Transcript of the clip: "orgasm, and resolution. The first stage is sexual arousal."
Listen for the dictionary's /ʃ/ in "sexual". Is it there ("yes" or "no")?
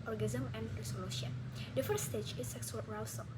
no